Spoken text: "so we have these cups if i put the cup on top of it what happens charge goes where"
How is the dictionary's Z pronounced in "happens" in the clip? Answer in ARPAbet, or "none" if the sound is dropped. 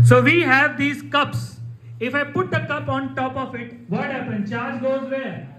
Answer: none